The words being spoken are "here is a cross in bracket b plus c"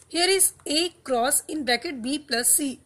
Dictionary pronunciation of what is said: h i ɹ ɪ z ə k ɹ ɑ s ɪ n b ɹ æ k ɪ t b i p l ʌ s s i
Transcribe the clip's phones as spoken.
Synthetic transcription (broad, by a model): h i ɹ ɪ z ə k ɹ ɑ s ɪ n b æ k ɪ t b i p l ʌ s s i